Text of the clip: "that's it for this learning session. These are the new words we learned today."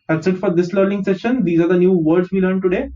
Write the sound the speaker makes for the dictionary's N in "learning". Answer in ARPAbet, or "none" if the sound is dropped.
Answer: L